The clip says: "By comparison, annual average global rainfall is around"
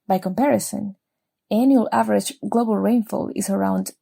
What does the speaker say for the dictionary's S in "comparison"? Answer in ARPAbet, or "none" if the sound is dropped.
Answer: S